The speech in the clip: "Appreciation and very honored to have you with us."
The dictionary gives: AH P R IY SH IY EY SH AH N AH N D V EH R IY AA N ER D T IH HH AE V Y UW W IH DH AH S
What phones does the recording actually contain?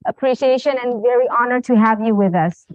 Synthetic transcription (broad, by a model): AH P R IY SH IY EY SH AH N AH N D V EH R IY AA N ER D T IH HH AE V Y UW W IH DH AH S